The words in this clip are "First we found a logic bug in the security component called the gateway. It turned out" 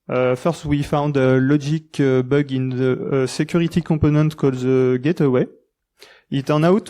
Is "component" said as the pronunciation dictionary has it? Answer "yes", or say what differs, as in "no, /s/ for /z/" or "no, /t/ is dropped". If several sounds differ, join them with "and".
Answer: no, /m/ is dropped